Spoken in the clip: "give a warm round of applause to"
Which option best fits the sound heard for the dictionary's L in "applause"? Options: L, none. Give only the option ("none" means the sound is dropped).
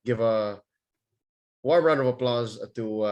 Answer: L